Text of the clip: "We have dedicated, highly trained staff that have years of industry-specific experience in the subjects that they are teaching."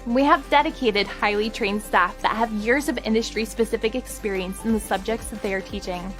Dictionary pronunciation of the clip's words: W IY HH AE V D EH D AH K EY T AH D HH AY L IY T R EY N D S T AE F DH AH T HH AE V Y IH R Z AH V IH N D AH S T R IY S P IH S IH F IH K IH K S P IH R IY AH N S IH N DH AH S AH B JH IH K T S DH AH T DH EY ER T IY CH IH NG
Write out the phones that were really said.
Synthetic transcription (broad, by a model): W IY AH V D EH D AH K EY T AH D HH AY L IY T R EY N D S T AE F DH AH T HH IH V Y IH R Z AH V IH N D AH S T R IY S P IH S IH F IH K IH K S P IH R IY AH N S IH N DH AH S AH B JH IH K T S DH AH T DH EY ER T IY CH IH NG